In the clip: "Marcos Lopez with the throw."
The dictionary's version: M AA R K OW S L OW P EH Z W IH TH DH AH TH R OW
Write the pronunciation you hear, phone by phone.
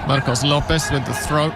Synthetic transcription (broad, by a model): M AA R K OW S L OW P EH S W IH DH AH TH R OW